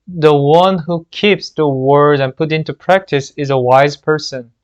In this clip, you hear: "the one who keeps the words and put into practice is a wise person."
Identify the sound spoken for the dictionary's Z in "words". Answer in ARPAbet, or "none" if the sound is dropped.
none